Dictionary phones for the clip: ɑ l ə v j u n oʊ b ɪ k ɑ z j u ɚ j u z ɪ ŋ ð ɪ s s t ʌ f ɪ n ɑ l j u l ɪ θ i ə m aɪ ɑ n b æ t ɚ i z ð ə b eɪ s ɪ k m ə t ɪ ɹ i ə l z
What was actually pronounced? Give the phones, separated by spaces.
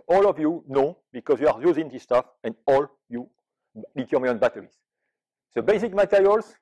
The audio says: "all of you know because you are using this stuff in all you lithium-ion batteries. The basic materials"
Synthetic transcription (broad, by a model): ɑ l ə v j u n oʊ b ɪ k ɑ z j u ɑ j u z ɪ ŋ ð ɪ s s t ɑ f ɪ n ɑ l j u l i t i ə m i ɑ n b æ t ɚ i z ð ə b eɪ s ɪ k m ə t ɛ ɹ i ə l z